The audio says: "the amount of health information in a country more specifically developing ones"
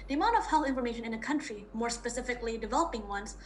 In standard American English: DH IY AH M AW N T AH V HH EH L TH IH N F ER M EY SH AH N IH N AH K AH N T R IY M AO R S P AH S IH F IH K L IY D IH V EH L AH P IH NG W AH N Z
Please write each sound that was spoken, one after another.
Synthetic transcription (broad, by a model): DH IY AH M AW N T AH V HH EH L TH IH N F ER M EY SH AH N IH N AH K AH N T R IY M AO R S P AH S IH F IH K L IY D IH V EH L AH P IH NG W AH N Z